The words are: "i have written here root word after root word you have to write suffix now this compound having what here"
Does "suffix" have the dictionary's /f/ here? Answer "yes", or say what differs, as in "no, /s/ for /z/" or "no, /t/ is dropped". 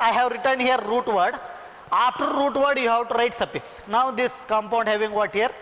no, /p/ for /f/